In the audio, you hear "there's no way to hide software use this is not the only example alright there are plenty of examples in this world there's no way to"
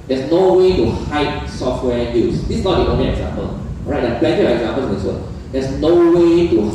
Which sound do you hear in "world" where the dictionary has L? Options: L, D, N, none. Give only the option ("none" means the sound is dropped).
none